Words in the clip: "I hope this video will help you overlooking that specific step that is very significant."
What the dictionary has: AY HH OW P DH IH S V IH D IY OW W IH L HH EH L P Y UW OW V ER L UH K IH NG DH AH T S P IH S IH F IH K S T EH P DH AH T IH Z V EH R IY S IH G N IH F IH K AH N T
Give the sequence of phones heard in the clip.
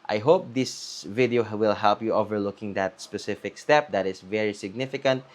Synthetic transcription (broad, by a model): AY HH OW P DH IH S V IH D IY OW W IH L HH EH L P Y UW OW V ER L UH K IH NG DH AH T S P IH S IH F IH K S T EH P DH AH T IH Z V EH R IY S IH G N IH F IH K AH N T